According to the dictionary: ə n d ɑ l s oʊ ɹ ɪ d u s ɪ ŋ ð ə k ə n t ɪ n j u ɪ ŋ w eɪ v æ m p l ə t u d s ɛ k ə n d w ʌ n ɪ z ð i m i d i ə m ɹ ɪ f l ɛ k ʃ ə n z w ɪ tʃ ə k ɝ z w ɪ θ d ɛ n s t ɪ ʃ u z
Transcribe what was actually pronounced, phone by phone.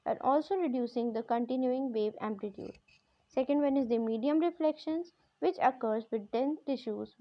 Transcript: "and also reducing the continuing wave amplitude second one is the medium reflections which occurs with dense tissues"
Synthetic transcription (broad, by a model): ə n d ɑ l s oʊ ɹ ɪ d u s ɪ ŋ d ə k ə n t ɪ n j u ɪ ŋ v eɪ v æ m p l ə t u d s ɛ k ə n d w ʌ n ɪ z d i m i d i ə m ɹ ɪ f l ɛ k ʃ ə n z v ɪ tʃ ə k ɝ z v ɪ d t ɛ n t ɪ ʃ u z